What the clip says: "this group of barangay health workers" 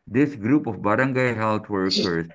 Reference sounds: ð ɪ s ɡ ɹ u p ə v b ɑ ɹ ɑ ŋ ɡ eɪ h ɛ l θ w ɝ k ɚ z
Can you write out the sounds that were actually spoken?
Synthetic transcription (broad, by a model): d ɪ s ɡ ɹ u p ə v b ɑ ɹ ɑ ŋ ɡ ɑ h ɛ l t w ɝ k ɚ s